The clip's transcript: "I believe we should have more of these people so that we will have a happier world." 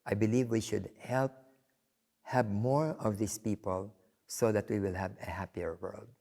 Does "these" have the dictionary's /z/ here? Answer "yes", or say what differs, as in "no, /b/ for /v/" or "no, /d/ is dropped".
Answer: no, /s/ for /z/